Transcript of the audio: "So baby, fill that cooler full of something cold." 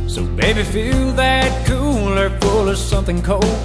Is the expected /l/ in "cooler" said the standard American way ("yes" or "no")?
yes